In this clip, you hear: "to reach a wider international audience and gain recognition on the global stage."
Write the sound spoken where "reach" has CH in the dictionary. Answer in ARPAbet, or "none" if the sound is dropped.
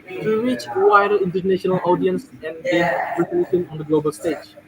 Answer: CH